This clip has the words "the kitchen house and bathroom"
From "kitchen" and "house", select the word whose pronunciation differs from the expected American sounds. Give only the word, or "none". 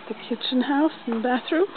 none